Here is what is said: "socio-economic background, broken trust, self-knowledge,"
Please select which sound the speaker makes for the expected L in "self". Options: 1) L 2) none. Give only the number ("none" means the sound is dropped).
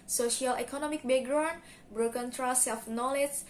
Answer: 2